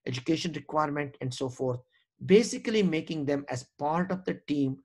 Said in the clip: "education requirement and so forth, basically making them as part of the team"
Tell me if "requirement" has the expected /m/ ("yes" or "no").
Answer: yes